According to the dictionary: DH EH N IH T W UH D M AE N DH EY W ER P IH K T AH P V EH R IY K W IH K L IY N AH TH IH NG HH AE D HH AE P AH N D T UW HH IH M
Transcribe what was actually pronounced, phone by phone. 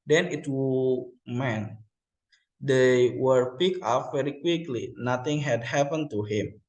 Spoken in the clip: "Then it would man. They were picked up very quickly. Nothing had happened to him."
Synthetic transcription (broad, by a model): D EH N IH T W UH M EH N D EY W ER P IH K AH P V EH R IY K W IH K L IY N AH T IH NG HH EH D HH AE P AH N T UW HH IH M